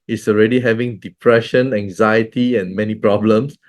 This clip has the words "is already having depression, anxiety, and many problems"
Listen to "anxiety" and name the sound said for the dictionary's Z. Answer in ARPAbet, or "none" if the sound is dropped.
Z